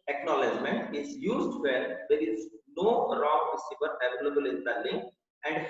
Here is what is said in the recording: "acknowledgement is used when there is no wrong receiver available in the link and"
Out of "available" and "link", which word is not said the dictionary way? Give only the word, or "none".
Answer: link